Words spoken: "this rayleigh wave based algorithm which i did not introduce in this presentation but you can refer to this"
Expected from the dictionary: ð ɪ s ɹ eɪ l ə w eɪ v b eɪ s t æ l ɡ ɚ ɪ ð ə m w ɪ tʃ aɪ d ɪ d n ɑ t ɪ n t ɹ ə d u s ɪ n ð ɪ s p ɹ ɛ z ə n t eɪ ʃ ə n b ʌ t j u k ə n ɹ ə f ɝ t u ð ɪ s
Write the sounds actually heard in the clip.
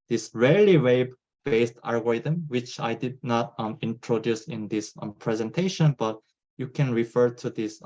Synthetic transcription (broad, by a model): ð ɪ s ɹ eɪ l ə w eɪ b b eɪ s t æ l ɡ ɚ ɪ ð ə m w ɪ tʃ aɪ d ɪ d n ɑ t ɪ n t ɹ ə d u s ɪ n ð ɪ s p ɹ ɛ z ə n t eɪ ʃ ə n b ʌ t j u k ə n ɹ ə f ɝ t u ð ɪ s